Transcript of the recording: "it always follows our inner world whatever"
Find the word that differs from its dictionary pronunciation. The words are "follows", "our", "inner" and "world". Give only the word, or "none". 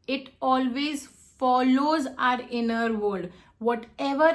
world